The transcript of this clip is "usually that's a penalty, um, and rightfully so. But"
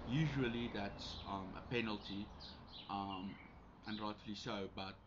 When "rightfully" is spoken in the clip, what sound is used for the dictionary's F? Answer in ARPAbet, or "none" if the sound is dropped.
none